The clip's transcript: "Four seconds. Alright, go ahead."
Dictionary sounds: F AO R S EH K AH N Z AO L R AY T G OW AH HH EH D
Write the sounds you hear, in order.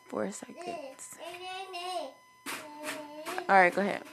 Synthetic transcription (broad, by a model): F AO R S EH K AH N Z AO R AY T G OW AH HH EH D